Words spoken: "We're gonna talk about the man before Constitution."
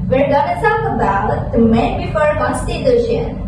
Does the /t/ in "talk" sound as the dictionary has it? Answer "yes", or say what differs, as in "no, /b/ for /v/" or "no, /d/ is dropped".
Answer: no, /s/ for /t/